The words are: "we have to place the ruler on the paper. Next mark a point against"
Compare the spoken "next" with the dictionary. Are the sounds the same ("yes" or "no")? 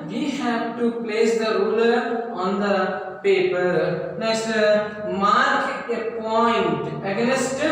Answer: no